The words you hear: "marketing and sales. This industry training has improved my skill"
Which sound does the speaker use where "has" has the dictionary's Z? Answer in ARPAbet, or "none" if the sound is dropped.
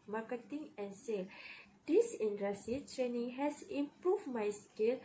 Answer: S